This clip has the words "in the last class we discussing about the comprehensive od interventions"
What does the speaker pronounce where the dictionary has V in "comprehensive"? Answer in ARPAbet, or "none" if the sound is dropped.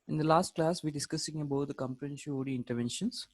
none